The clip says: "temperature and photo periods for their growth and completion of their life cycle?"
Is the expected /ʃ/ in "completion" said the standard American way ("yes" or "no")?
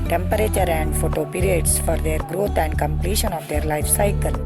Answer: yes